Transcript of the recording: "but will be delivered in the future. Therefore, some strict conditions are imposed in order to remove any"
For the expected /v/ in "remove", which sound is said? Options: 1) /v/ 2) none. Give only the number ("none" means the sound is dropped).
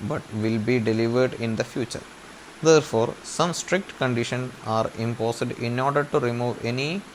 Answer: 1